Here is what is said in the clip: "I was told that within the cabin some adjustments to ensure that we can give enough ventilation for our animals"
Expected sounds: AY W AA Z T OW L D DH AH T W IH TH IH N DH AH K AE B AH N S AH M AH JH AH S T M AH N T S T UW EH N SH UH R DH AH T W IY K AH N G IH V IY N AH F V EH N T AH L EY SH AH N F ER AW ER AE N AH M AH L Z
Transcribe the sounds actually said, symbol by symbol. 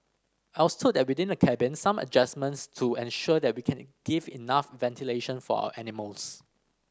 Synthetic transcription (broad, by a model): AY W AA S T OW D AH T W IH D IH N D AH K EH B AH N S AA M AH JH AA S M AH N T S T UW EH N SH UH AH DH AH T W IY K AH N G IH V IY N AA F V EH N T AH L EY SH AH N F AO AW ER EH N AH M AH L S